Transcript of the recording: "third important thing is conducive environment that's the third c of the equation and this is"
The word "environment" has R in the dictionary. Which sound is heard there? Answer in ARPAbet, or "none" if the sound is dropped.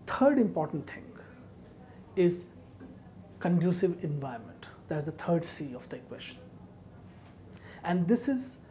none